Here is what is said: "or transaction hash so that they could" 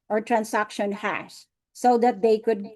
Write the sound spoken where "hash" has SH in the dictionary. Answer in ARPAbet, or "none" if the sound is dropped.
S